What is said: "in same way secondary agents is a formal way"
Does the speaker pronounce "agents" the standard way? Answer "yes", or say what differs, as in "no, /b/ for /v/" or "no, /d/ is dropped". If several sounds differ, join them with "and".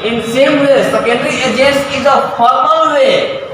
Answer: no, /s/ is dropped